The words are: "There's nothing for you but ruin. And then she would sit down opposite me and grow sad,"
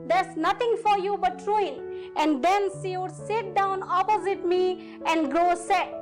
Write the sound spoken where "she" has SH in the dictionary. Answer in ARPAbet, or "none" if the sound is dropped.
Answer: S